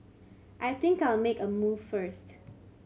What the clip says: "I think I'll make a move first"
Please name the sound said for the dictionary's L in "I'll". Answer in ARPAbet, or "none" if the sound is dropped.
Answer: L